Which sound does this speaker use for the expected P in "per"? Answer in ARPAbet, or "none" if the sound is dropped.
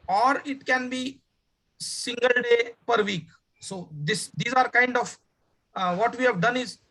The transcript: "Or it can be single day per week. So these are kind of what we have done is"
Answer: P